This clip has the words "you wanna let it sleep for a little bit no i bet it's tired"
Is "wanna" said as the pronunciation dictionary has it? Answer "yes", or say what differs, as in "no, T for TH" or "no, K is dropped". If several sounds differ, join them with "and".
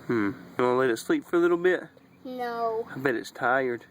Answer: no, N is dropped